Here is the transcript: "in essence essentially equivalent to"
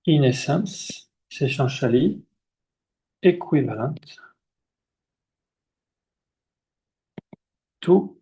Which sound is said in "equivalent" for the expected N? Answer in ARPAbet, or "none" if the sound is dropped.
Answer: none